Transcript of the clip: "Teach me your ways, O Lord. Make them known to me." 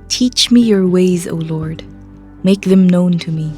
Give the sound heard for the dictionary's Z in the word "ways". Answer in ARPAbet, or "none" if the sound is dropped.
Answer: Z